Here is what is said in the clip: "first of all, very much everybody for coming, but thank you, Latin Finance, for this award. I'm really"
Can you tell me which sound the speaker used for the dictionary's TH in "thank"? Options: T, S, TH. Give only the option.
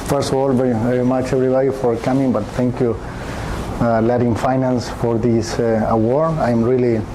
T